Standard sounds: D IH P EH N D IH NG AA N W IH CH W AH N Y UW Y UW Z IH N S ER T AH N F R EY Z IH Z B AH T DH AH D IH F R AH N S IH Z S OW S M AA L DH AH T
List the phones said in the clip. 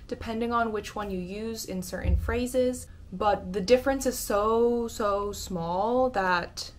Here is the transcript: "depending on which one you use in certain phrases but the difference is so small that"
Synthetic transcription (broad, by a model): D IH P EH N D IH NG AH N W IH CH W AH N Y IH Y UW Z IH N S ER T N F R EY Z IH Z B AH T DH AH D IH F R AH N S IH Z S OW S M AA L DH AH T